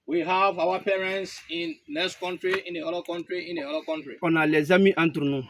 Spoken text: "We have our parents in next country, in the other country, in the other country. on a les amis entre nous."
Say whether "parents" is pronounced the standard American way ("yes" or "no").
yes